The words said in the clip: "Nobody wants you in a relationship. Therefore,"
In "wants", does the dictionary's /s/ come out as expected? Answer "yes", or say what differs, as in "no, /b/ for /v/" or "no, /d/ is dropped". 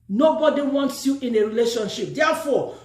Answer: yes